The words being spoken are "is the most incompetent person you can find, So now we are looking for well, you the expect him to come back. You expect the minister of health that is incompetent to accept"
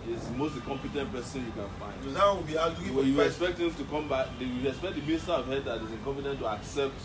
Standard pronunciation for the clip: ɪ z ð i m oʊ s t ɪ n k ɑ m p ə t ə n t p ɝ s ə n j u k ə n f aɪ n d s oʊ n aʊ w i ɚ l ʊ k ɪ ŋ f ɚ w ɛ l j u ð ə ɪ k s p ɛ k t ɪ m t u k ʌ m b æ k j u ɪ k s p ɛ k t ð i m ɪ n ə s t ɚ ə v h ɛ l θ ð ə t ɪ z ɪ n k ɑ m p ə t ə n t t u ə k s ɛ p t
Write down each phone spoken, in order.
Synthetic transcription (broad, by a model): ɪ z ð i m oʊ s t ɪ k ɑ m p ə t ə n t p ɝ s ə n j u k ə n f aɪ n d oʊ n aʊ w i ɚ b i ɪ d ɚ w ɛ j u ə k s p ɛ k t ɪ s t u k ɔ m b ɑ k j u ɪ k s p ɛ k t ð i m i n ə s t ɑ ə v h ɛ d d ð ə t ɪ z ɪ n k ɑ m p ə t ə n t t u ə k s ɛ p t